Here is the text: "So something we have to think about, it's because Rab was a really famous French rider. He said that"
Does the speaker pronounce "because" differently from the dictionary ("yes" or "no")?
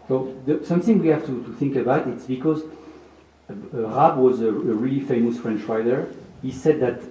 no